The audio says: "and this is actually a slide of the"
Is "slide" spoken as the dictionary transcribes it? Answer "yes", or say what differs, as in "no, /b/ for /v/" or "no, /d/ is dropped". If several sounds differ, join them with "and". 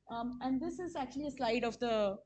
yes